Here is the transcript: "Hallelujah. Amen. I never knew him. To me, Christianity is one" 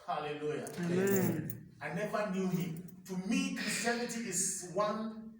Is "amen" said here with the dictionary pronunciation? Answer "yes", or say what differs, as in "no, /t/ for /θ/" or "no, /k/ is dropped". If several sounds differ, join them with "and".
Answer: no, /m/ is dropped